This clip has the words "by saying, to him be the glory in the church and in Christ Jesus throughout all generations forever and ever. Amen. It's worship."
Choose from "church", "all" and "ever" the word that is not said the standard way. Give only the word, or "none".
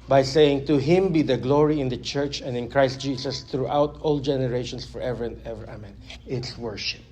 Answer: none